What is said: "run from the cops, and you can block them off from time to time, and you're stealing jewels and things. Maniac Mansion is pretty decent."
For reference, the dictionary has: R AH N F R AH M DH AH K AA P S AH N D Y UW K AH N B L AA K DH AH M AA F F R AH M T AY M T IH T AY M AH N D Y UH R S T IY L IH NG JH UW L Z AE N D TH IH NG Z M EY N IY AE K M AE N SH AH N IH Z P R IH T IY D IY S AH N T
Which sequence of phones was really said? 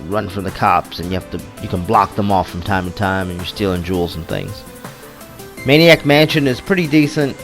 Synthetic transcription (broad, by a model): R AH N F R AH M DH AH K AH P S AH N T Y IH K AH N B L AA K DH AH M AA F F R AH M T AY M T IH T AY M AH N Y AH R S T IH L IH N JH UW L Z N TH IH NG Z M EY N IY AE K M AE N SH AH N IH Z P R IH T IY D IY S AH N T